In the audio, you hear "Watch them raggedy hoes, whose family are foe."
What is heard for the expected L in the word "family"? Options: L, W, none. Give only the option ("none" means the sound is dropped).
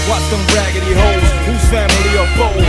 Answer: L